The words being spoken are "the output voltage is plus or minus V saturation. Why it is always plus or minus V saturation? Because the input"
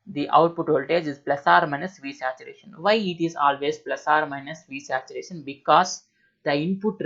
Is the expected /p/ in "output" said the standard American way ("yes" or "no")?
yes